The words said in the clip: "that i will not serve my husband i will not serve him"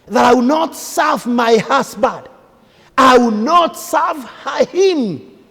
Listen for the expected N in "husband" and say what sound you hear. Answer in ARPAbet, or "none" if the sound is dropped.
none